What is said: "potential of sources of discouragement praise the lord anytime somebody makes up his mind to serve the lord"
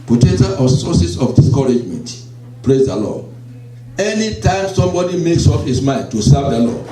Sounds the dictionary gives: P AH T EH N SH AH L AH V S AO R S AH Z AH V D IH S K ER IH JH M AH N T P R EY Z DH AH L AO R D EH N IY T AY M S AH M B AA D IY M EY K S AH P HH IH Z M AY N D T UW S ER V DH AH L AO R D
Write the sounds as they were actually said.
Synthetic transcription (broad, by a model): P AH T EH N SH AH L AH S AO S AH S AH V D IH S K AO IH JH M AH N T P R EY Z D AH L AO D EH N IY T AY M S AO M B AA D IY M EY K S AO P HH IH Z M AY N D T UW S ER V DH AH L AO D